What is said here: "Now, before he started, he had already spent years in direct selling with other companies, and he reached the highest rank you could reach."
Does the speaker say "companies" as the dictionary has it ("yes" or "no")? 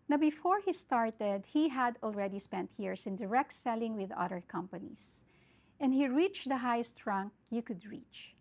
no